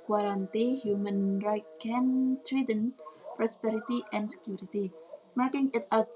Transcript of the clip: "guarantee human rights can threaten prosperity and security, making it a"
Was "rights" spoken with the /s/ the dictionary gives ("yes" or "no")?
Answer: no